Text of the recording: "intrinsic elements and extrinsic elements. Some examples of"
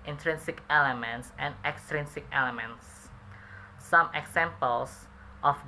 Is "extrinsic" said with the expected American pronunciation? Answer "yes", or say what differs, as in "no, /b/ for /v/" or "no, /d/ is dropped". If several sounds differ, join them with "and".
yes